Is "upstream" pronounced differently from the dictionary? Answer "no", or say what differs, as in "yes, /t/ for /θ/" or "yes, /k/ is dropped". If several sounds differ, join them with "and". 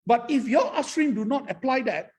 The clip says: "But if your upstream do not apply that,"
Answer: yes, /p/ is dropped